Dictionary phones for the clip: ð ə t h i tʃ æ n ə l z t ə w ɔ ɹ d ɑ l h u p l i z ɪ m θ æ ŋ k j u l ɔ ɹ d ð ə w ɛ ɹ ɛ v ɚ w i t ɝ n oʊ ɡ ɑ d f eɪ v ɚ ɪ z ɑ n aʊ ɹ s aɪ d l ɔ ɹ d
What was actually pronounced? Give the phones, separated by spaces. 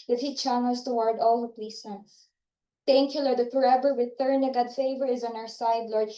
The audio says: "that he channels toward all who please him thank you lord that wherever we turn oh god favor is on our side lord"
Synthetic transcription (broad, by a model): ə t h i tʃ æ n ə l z t ə w ɔ ɹ d ɑ l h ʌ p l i s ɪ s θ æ ŋ k j u l ɔ ɹ d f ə ɹ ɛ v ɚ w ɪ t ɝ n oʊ ɡ ɑ d f eɪ v ɚ ɪ z ɑ n aʊ ɹ s aɪ d l ɔ ɹ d